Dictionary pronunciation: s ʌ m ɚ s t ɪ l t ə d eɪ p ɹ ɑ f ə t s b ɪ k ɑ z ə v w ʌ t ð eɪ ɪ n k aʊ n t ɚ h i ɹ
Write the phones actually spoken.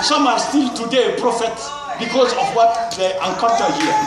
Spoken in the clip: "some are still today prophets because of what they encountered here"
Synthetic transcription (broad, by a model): s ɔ m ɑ s t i l t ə d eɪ p ɹ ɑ f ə t b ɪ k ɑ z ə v w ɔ t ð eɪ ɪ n k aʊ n t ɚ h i